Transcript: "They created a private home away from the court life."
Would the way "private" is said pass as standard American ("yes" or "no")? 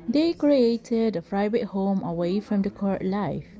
no